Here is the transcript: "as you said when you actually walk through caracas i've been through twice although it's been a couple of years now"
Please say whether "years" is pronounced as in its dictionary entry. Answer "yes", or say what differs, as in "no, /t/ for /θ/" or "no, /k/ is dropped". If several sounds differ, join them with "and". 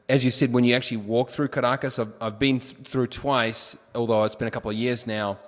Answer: yes